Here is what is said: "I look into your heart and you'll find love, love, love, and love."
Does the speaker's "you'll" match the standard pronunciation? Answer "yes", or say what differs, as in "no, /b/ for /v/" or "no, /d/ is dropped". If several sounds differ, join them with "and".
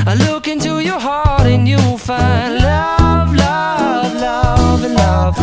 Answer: no, /w/ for /l/